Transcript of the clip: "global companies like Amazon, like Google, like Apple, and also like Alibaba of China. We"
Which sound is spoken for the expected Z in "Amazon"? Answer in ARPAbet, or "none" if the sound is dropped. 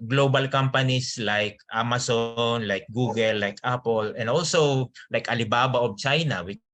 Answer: S